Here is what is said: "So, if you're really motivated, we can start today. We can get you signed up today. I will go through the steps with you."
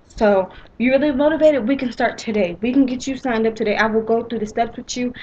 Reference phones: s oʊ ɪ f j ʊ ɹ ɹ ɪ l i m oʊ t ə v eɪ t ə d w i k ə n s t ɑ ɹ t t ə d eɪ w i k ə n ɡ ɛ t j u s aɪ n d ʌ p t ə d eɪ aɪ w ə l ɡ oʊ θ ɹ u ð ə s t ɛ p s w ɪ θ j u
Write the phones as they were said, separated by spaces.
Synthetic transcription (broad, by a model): s oʊ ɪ j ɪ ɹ ɹ ɪ l i m oʊ t ə v eɪ t ə d w i k ə n s t ɑ ɹ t t ə d eɪ w i k n ɡ ɛ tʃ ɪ s aɪ n d ʌ p t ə d eɪ aɪ w ə l ɡ oʊ θ ɹ u ð ə s t ɛ p s w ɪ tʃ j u